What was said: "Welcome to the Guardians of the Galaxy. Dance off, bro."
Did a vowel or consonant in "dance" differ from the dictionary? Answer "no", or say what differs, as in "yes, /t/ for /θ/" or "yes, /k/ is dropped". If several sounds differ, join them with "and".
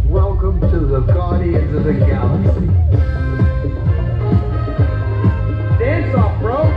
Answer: yes, /n/ is dropped